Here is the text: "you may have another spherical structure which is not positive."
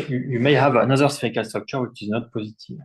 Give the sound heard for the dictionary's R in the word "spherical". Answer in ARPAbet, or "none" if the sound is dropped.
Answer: none